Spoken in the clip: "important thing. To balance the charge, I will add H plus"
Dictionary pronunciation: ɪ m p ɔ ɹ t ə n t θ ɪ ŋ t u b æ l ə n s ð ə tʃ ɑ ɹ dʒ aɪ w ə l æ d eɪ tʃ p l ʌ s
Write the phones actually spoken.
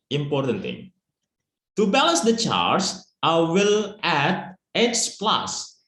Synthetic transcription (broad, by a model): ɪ m p ɔ ɹ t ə n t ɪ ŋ t u b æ l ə n s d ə tʃ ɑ ɹ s aɪ w ə l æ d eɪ s p l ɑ s